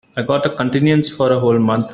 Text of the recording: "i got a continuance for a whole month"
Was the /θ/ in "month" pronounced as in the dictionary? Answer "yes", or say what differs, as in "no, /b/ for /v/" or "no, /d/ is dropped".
no, /t/ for /θ/